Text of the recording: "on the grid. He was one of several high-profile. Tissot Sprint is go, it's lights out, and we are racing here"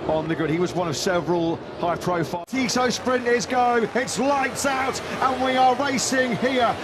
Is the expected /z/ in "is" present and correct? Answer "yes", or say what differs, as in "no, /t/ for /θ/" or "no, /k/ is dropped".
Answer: yes